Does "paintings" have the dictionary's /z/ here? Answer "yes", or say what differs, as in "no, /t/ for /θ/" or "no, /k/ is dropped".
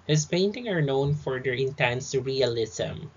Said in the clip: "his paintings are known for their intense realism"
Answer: no, /z/ is dropped